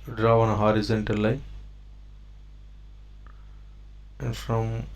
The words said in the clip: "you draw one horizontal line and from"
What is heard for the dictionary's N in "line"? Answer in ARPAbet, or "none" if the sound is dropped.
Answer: none